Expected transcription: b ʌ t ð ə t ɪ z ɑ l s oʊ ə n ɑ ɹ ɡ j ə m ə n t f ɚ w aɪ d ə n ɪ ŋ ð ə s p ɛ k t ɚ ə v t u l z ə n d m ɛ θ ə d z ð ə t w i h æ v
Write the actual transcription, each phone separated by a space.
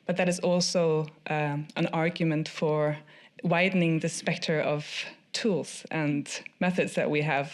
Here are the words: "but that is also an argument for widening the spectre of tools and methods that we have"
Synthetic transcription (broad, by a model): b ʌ t ð ə t ɪ z ɑ l s oʊ ə n ɑ ɹ ɡ j ə m ə n t f ɚ w aɪ d n ɪ ŋ ð ə s p ɛ k t ɚ ə v t u l z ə n m ɛ θ ə d z ð ə t w i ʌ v